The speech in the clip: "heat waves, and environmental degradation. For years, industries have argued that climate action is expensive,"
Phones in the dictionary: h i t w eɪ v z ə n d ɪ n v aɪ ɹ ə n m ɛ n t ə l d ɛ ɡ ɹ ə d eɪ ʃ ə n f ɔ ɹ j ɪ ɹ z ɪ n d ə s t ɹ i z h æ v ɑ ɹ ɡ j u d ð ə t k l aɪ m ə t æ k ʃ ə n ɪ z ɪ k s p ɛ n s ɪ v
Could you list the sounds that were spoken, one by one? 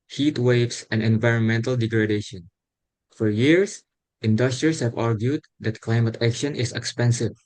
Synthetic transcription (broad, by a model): h i t w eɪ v s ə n ɪ n v aɪ ɹ ə n m ɛ n t ə l d ɛ ɡ ɹ ə d eɪ ʃ ə n f ɔ ɹ j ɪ ɹ s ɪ n d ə s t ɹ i s h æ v ɑ ɹ ɡ j u d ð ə t k l aɪ m ə t æ k ʃ ə n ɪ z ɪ k s p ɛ n s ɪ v